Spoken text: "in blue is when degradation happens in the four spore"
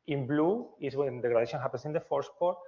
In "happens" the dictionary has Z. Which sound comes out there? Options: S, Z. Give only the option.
S